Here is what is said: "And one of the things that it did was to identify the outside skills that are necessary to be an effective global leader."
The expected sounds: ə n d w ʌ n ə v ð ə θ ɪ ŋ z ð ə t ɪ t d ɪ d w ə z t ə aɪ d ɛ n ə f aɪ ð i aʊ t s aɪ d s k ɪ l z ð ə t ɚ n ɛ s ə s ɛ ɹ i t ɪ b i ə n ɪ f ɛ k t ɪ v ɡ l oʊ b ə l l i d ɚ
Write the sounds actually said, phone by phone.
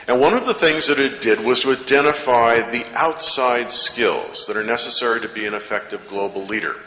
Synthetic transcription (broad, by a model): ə n w ʌ n ə v ð ə θ ɪ ŋ z ð ə t ɪ t d ɪ d w ə z t ə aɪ d ɛ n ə f aɪ ð i aʊ t s aɪ d s k ɪ l z ð ə t ɚ n ɛ s ə s ɛ ɹ i t ɪ b i ə n ɪ f ɛ k t ɪ v ɡ l oʊ b l l i d ɚ